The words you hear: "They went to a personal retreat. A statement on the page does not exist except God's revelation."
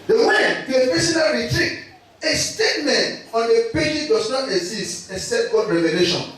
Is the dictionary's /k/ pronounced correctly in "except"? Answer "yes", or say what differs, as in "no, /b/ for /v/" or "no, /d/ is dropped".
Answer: no, /k/ is dropped